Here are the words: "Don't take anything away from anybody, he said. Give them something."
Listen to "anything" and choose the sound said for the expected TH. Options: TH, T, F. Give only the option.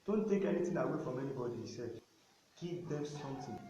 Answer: T